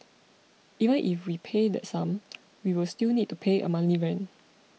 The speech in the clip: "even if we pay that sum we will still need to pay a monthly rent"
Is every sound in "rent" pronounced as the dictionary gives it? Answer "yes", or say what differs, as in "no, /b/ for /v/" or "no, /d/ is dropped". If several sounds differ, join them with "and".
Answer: no, /t/ is dropped